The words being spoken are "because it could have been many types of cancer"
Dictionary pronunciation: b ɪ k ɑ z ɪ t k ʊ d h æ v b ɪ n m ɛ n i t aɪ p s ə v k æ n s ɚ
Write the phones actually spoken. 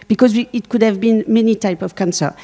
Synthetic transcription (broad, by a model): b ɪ k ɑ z ɪ t k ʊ d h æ v b ɪ n m ɛ n i t aɪ p ə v k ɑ n s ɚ